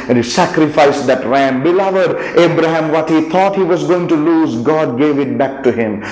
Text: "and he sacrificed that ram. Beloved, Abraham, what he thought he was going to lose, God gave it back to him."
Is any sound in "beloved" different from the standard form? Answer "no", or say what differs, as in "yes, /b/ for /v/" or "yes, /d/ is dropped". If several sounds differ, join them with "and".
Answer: no